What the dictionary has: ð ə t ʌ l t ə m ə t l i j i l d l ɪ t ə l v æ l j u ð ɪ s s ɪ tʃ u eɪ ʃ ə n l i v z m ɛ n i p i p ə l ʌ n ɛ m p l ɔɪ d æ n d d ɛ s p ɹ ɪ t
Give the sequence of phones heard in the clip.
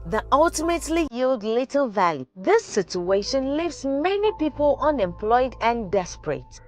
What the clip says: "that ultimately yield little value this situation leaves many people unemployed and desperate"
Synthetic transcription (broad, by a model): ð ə t ʌ l t ə m ə t l i j i l d l ɪ t ə l v æ l j u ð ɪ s s ɪ tʃ u eɪ ʃ ə n l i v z m ɛ n i p i p ə l ʌ n ɛ m p l ɔɪ d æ n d d ɛ s p ɹ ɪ t